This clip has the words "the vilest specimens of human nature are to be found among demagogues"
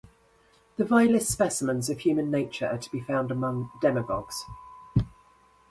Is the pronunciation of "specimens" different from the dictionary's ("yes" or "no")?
no